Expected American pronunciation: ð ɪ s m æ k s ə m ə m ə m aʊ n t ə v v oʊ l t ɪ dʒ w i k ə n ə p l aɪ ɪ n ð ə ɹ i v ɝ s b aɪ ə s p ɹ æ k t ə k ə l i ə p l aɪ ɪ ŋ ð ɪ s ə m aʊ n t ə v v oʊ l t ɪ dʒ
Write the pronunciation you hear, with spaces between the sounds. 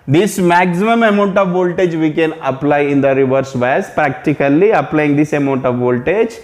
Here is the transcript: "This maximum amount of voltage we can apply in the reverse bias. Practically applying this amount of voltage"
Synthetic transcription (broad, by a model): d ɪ s m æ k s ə m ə m ə m aʊ n t ə v v oʊ l t ɪ dʒ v i k ə n ə p l aɪ ɪ n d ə ɹ i v ɝ s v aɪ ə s p ɹ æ k t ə k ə l i ə p l aɪ ɪ ŋ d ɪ s ə m aʊ n t ə v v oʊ l t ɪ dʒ